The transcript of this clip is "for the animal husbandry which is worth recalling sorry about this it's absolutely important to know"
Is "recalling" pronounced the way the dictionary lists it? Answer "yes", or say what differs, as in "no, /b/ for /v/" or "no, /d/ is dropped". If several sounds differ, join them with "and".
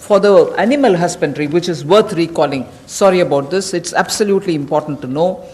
yes